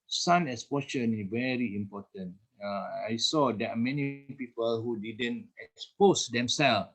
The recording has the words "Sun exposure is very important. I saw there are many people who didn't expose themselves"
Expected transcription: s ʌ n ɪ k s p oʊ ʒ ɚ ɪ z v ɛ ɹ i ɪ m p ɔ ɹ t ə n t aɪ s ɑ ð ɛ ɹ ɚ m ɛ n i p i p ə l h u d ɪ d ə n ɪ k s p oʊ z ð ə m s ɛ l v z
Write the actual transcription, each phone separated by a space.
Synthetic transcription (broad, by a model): s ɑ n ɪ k s p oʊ ʃ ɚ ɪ s v ɛ ɹ i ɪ m p ɔ t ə n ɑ aɪ s ɑ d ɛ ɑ m ɛ n i p i p ə l h u d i d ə n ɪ k s p oʊ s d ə m s ɛ l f